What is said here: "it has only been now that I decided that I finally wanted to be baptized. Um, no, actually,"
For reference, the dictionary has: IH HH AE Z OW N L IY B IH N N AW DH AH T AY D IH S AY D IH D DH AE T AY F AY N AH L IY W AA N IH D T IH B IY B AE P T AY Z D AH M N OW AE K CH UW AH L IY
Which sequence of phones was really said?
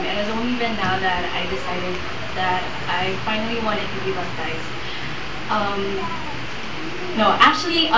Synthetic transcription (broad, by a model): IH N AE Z OW N L IY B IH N N AW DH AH T AY D IH S AY D IH D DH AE T AY F AY N AH L IY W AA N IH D T IH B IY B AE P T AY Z AH M N OW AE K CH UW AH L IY